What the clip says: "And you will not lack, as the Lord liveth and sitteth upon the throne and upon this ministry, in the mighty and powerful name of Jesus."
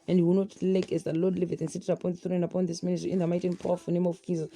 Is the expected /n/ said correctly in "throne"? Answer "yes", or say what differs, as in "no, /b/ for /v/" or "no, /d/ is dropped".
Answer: no, /n/ is dropped